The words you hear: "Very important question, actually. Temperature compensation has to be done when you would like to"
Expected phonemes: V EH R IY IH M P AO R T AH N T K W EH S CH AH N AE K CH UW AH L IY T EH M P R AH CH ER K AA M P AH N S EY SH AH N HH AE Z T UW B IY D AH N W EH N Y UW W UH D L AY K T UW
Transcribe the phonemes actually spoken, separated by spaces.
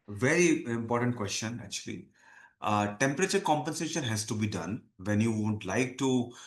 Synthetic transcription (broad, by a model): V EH R IY IH M P AO R T AH N T K W EH S CH AH N AE K CH UW AH L IY T EH M P R AH CH ER K AA M P AH N S EY SH AH N HH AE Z T UW B IY D AH N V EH N Y UW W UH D L AY K T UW